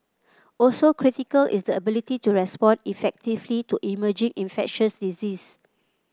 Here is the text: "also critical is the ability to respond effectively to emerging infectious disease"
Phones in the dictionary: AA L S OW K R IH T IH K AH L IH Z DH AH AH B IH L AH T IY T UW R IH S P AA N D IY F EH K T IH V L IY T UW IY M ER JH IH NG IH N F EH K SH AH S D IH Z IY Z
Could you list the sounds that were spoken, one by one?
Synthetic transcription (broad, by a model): AA L S OW K R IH T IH K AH L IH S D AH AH B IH L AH T IY T UW R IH S P AA N IY F EH K T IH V L IY T UW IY M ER JH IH NG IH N F EH K SH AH S D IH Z IY S